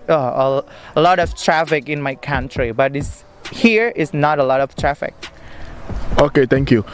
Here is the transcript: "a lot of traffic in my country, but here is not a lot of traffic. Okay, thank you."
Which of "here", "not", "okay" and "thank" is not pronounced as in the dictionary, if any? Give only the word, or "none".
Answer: thank